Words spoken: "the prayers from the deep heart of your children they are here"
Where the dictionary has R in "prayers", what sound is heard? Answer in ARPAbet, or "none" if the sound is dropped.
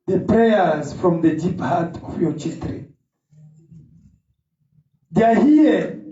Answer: R